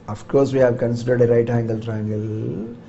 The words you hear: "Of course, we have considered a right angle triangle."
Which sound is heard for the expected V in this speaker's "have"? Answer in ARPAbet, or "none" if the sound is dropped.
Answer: V